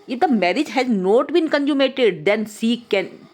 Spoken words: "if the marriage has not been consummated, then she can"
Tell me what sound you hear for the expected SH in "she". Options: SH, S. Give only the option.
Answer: S